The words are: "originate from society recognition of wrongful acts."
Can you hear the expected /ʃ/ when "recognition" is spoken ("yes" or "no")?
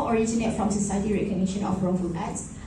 yes